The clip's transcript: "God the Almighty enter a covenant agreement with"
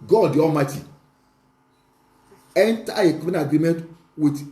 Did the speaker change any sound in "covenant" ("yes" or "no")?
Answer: yes